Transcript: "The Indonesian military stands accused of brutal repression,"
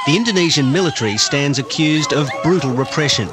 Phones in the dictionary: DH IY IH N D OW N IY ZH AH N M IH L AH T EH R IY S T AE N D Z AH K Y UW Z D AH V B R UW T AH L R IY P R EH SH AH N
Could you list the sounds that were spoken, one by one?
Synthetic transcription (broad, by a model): DH IY IH N D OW N IY ZH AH N M IH L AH T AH R IY S T AE N D Z AH K Y UW Z D AH V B R UW T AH L R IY P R EH SH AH N